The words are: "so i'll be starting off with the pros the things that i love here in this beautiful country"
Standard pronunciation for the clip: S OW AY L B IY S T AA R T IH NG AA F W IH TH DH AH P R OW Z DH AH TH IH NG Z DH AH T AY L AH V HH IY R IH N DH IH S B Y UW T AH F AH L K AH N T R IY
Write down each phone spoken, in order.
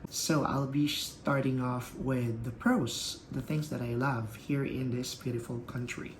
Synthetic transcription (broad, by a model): S OW AY L B IY S T AA R T IH NG AA F W IH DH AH P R OW S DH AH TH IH NG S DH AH T AY L AH V HH IY R IH N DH IH S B Y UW T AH F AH L K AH N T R IY